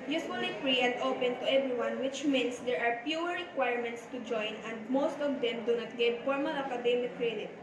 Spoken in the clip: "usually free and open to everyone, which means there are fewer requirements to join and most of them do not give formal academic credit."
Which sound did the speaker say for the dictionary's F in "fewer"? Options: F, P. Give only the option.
P